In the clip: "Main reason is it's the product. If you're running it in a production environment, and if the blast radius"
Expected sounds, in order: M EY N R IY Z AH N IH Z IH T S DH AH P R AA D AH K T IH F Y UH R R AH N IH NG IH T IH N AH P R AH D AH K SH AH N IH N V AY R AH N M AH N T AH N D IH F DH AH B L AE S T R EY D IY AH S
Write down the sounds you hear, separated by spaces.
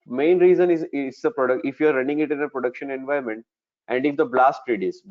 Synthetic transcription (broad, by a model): M EY N R IY Z AH N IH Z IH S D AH P R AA D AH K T IH F Y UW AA R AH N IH NG IH T IH N AH P R AH D AH K SH AH N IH N V AY AH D M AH N T AH N D IH F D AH B L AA S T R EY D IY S